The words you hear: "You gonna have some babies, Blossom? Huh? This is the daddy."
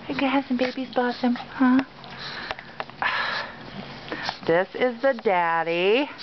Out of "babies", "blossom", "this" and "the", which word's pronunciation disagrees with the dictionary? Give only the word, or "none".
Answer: blossom